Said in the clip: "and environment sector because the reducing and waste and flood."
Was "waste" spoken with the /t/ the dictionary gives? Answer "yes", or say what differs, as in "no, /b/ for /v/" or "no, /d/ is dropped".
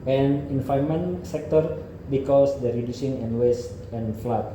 yes